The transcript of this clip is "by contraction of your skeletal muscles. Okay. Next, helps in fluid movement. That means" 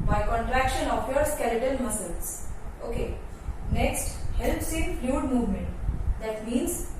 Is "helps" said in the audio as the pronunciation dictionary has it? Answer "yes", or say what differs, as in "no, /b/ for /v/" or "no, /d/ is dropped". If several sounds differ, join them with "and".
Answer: yes